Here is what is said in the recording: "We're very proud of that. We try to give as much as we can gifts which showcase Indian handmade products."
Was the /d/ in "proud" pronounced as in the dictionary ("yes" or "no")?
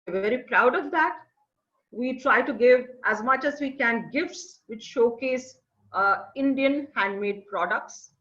yes